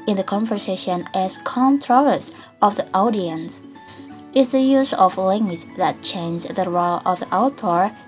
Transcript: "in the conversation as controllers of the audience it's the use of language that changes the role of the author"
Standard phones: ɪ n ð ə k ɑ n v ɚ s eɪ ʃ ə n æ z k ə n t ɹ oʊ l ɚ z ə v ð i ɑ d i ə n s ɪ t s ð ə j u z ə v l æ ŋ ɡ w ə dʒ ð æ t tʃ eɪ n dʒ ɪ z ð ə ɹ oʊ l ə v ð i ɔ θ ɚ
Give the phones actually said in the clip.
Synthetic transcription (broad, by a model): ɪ n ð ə k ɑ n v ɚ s eɪ ʃ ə n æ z k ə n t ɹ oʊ ɚ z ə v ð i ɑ d i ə n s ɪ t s ð ə j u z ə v l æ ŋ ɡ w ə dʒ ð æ t tʃ eɪ n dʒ ð ə ɹ oʊ l ə v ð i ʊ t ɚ